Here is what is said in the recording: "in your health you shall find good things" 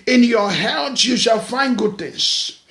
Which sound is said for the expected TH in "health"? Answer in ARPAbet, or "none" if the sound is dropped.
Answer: S